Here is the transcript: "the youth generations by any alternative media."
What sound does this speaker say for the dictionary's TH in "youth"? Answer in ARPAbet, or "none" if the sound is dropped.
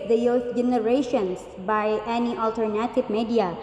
F